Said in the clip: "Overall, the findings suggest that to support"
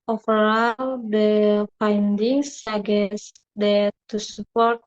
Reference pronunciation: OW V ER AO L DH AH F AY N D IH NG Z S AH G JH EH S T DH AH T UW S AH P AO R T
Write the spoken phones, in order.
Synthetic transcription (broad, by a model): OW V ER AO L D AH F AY N D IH NG S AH G EH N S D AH T UW S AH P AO R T